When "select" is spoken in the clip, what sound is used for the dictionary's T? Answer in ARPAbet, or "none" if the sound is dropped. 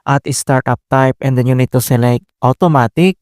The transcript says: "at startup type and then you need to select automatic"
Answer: T